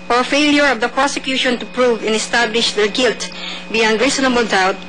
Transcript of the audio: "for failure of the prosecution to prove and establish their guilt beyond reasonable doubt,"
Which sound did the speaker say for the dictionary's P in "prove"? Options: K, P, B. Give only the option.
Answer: P